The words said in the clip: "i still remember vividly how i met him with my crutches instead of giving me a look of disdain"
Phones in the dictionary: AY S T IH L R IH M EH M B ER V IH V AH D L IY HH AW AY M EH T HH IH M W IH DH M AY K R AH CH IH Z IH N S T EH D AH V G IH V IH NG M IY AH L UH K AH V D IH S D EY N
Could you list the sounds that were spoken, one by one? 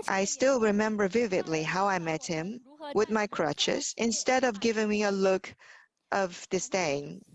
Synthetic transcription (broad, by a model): AY S T IH L R IH M EH M B ER V IH V AH D L IY HH AW AY M EH T HH IH M W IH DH M AY K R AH CH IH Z IH N S T EH D AH V G IH V IH NG M IY AH L UH K AH V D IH S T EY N